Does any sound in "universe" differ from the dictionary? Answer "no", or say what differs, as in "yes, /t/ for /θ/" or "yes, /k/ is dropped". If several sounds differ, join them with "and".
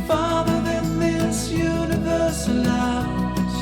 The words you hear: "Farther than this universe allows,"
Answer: no